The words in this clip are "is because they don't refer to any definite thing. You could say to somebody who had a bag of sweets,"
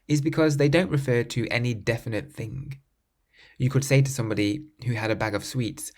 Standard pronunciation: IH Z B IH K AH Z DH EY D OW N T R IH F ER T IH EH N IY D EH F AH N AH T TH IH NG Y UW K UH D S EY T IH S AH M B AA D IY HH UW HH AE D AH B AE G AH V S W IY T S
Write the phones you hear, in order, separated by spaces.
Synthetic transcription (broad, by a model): IH Z B IH K AH Z DH EY D OW N T R IH F ER T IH EH N IY D EH F AH N AH T TH IH NG Y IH K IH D S EY T IH S AH M B AA D IY HH UW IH D AH B AE G AH V S W IY T S